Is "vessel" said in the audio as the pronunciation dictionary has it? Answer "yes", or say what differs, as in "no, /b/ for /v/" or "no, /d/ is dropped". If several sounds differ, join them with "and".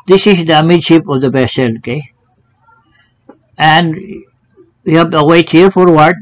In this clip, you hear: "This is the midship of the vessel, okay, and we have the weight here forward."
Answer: no, /b/ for /v/